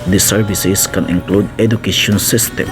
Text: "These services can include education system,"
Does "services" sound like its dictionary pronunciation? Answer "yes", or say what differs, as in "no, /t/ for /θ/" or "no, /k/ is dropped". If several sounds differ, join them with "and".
no, /s/ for /z/